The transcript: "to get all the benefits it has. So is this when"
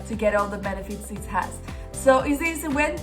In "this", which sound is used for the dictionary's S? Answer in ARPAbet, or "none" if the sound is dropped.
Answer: none